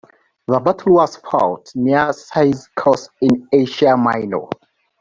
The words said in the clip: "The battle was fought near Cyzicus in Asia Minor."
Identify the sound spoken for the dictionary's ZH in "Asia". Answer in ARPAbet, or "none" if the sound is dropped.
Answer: SH